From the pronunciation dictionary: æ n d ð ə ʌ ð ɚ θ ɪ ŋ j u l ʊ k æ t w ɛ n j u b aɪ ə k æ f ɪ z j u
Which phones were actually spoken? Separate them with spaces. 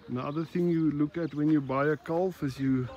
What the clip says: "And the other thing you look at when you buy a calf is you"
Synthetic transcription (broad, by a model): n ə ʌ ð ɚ θ ɪ ŋ j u l ʊ k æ t w ɛ n j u b aɪ ə k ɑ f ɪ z j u